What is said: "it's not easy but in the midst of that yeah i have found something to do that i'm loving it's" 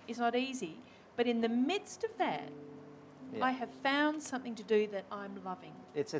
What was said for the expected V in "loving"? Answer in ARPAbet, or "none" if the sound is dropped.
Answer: V